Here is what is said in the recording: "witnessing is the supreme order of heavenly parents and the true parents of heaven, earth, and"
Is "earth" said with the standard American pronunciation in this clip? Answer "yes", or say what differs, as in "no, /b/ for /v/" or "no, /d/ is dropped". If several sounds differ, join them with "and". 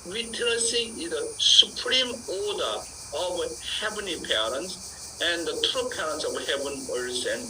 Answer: no, /s/ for /θ/